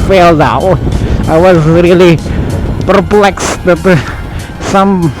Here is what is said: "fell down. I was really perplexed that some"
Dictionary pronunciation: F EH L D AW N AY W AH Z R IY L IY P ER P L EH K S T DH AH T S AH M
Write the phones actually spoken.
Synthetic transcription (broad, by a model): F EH L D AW AY W AH Z R IY L IY P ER P L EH K S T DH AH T S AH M